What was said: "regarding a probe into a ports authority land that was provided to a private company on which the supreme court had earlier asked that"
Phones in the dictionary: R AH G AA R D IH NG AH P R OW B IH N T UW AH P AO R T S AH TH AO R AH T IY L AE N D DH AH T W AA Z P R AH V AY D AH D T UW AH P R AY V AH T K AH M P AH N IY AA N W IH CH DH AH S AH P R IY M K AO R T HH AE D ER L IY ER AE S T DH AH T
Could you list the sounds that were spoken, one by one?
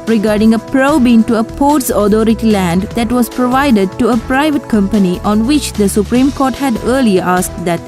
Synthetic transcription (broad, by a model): R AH G AA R D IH NG AH P R OW B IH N T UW AH P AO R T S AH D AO R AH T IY L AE N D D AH T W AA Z P R AH V AY D AH D T UW AH P R AY V AH T K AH M P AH N IY AA N W IH CH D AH S AH P R IY M K AO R T HH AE D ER L IY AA S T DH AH T